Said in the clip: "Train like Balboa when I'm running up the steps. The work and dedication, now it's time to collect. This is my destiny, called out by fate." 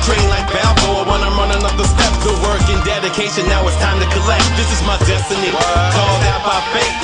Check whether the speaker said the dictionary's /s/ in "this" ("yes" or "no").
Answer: yes